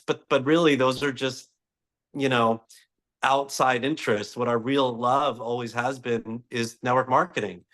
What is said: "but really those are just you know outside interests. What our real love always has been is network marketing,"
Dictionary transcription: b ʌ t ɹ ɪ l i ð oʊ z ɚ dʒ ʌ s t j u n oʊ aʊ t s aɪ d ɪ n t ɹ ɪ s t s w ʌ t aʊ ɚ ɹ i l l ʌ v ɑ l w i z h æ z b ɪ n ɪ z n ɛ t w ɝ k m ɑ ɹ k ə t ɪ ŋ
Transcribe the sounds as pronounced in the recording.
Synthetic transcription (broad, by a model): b ʌ t ɹ ɪ l i ð oʊ z ɚ dʒ ʌ s t j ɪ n oʊ aʊ t s aɪ d ɪ n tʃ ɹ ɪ s t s w ʌ t aʊ ɚ ɹ i l l ʌ v ɑ l w i z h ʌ z b ɪ n ɪ z n ɛ t w ɝ k m ɑ ɹ k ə t ɪ ŋ